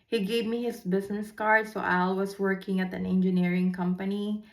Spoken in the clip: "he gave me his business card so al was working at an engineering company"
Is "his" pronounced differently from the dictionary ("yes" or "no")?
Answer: yes